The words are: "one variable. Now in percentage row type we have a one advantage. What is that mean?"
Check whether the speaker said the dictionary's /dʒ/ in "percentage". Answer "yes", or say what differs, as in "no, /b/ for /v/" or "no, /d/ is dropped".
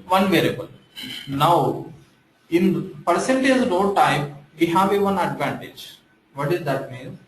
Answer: no, /z/ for /dʒ/